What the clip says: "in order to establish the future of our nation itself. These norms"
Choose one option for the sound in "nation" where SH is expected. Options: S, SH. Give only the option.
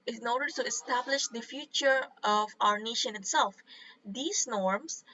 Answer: SH